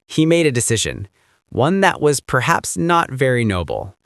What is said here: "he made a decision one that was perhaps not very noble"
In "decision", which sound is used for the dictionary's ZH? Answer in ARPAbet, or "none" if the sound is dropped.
ZH